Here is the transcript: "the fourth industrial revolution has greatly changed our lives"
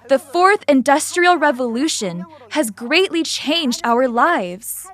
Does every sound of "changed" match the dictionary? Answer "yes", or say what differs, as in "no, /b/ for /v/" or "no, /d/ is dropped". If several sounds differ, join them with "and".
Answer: yes